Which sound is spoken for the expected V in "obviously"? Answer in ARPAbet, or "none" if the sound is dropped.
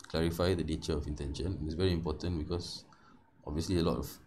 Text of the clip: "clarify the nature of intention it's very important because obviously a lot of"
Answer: V